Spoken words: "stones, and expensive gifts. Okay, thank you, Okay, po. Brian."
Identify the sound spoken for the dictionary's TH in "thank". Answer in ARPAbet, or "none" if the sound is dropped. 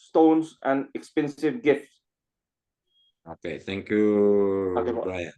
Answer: T